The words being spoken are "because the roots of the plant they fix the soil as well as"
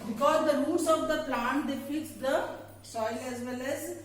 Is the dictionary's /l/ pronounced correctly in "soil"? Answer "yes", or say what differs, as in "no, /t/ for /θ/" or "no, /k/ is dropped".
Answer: yes